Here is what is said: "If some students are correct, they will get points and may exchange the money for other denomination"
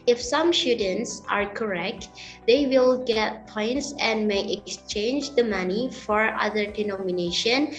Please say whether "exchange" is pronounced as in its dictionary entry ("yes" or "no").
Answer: yes